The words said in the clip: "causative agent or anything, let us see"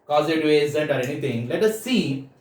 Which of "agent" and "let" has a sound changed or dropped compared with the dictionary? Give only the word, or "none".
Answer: agent